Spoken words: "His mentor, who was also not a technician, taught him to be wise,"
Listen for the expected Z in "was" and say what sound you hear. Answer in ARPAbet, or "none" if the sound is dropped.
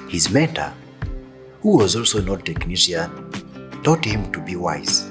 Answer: Z